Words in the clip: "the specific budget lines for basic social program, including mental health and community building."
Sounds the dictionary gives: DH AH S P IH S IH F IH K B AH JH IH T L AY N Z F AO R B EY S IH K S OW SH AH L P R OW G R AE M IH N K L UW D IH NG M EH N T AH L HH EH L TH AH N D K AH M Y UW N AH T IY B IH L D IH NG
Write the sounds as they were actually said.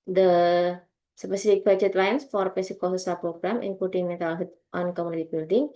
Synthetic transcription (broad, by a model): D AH S P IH S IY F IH K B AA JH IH T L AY N S F AO R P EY S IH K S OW S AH P R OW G R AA M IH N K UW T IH NG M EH T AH L HH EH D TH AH N K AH M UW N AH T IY B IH L D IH NG